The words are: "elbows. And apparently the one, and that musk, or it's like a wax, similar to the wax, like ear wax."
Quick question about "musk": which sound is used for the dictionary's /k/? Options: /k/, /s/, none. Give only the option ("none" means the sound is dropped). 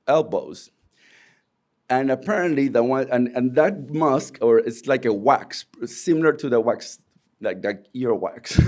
/k/